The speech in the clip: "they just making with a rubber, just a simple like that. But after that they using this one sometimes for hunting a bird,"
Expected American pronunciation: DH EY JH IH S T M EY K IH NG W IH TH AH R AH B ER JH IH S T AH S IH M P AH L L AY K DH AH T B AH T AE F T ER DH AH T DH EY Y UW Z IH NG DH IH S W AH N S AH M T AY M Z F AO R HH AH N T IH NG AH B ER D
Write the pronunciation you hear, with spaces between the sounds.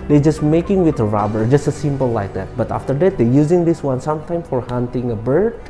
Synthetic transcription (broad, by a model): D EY JH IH S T M EY K IH NG W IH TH AH R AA B ER JH IH S T AH S IH M P AH L L AY K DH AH T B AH T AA F T ER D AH T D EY Y UW Z IH NG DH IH S W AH N S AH M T AY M F AO R HH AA N T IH NG AH B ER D